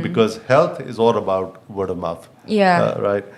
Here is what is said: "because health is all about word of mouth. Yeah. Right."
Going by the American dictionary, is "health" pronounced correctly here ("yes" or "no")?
no